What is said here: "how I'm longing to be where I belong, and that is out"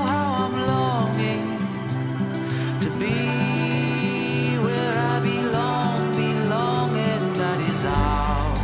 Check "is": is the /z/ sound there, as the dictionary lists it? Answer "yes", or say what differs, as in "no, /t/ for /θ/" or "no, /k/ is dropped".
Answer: yes